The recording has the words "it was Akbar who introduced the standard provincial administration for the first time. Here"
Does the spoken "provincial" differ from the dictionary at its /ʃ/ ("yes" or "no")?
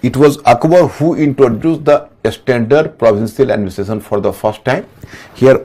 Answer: yes